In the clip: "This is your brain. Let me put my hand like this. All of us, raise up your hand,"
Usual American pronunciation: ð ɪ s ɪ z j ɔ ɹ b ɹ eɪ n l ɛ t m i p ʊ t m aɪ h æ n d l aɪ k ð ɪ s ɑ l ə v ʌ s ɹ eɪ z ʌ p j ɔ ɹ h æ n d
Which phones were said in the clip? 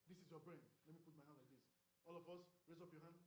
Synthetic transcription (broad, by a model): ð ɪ s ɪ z j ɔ b ɹ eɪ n l ɛ t m i p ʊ t m aɪ h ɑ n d l aɪ k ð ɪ s ɑ l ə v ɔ s ɹ eɪ z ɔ p j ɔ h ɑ n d